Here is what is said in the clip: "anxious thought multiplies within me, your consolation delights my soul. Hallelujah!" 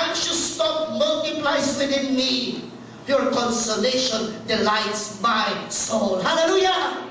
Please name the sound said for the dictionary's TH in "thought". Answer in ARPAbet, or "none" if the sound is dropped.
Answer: T